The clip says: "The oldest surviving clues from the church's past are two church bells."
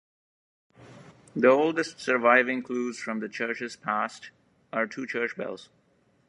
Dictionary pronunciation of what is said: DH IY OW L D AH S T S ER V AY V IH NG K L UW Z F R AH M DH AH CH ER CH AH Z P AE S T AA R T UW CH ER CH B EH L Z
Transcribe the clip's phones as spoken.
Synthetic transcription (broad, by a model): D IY OW L D AH S T S ER V AY V IH NG K L UW Z F R AH M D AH CH ER CH AH Z P AE S T AA R T UW CH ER CH B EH L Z